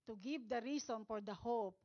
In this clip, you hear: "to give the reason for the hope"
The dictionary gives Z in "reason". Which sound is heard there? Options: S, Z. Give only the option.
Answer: S